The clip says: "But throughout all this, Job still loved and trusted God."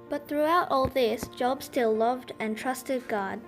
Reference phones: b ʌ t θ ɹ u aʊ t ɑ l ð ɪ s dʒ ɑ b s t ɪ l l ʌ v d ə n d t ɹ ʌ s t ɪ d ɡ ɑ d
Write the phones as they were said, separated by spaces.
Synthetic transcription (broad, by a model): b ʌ t θ ɹ u aʊ t ɑ l ð ɪ s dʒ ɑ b s t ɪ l l ʌ v d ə n t ɹ ʌ s t ɪ d ɡ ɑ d